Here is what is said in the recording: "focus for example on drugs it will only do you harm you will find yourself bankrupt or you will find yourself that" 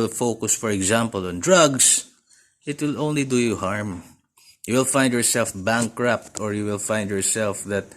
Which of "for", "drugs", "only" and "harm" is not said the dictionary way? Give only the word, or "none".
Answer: drugs